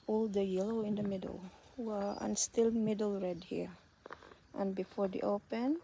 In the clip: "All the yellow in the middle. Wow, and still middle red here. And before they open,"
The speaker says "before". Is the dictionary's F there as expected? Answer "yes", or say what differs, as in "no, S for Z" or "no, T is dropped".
yes